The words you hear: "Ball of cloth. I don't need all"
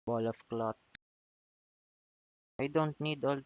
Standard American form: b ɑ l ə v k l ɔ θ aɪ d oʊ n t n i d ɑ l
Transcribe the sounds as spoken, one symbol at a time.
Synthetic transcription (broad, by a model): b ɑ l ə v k l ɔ t aɪ d oʊ n t n i d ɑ l